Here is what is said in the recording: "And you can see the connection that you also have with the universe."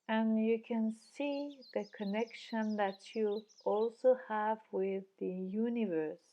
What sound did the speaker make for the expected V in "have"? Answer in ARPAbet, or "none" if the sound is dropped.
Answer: V